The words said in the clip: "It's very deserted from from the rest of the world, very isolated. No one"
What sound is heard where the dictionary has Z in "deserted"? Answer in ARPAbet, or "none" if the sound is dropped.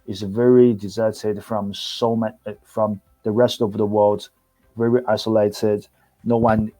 Z